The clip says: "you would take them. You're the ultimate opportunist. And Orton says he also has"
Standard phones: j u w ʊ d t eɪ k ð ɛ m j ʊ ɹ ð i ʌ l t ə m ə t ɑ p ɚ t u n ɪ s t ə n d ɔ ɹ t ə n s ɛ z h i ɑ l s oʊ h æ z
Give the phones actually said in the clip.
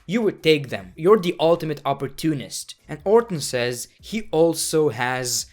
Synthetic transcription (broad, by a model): j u w ʊ d t eɪ k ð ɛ m j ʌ ɹ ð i ʌ l t ə m ə t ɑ p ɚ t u n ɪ s t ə n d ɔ ɹ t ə n s ɛ z h i ɑ l s oʊ h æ z